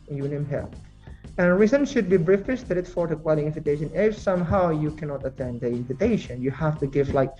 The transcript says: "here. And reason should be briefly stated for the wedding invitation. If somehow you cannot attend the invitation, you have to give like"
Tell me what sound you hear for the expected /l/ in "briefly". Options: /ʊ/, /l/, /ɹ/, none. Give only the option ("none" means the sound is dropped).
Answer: none